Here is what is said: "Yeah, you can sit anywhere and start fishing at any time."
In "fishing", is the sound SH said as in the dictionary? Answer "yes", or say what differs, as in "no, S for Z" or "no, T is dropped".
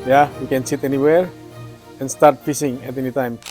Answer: no, S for SH